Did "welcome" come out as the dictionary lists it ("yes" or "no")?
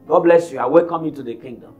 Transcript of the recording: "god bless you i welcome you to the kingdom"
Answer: no